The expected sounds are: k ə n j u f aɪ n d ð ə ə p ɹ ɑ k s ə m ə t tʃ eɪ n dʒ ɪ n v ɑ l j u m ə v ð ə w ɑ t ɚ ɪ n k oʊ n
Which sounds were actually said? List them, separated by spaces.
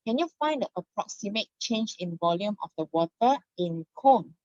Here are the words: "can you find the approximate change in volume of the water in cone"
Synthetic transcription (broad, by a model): k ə n j u f aɪ n d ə ə p ɹ ɑ k s ə m ə t tʃ eɪ n dʒ ɪ n v ɑ l j u m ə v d ə w ɑ t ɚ ɪ n k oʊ n